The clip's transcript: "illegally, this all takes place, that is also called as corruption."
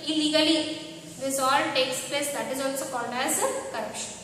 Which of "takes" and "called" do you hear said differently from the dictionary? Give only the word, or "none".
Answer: called